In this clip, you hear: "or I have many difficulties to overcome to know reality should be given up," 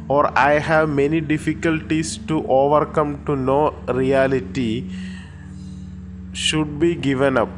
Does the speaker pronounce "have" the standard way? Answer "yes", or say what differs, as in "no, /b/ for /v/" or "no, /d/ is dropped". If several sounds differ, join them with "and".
yes